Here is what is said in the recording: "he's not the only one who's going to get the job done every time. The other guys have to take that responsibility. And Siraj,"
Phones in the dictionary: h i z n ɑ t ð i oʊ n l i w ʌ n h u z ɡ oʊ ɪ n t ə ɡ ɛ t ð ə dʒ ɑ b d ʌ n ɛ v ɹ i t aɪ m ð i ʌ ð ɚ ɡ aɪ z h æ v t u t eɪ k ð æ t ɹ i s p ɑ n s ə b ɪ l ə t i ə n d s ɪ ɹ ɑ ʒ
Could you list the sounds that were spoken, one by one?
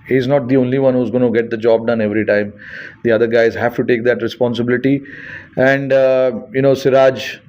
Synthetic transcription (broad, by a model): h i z n ɑ t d i oʊ n l i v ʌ n h u z ɡ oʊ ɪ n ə ɡ ɛ t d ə dʒ ɑ b d ʌ n ɛ v ɹ i t aɪ m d i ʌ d ɚ ɡ aɪ z h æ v t u t eɪ k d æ t ɹ i s p ɑ n s ə b ɪ l ə t i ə n d s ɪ ɹ ɑ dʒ